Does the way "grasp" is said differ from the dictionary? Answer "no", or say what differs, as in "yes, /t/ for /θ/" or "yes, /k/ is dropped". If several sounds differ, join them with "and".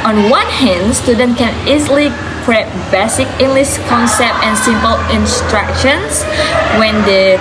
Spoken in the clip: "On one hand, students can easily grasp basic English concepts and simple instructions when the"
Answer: yes, /s/ is dropped